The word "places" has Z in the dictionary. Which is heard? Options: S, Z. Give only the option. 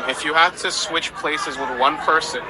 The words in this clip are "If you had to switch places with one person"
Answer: Z